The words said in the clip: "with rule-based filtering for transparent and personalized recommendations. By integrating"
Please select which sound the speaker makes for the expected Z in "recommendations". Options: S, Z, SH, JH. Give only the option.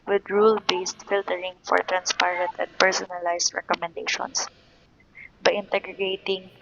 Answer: S